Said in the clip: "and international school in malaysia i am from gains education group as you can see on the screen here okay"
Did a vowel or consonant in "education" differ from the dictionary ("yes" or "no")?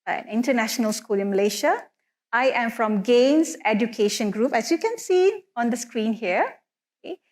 no